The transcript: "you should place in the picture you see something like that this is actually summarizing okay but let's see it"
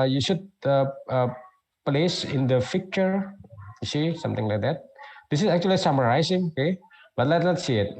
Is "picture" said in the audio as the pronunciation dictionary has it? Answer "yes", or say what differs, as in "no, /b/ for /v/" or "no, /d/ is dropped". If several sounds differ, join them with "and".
no, /f/ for /p/